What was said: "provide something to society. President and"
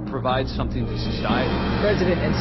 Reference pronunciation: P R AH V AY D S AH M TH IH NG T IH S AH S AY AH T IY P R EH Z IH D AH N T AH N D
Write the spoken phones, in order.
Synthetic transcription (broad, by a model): P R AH V AY D S AH M TH IH NG T IH S AH S AY AH T IY P R EH Z IH D AH N T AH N